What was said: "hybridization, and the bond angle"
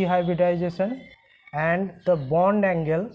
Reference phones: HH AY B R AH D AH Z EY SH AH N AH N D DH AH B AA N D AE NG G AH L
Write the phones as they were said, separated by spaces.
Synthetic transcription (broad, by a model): HH AY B R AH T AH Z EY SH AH N AH N D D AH B AA N D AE NG G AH L